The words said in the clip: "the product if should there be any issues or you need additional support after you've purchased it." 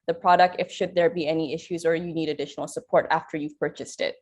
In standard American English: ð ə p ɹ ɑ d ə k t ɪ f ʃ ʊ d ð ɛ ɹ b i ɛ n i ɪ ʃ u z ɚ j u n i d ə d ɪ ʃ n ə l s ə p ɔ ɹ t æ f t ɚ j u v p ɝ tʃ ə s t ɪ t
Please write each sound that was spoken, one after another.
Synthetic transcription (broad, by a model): ð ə p ɹ ɑ d ə k t ɪ f ʃ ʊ d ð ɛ ɹ b i ɛ n i ɪ ʃ u z ɚ j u n i d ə d ɪ ʃ n l s ə p ɔ ɹ t æ f t ɚ j u v p ɝ tʃ ə s t ɪ t